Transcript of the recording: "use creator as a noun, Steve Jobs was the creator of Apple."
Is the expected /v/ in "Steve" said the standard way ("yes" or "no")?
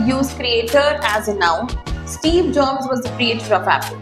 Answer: yes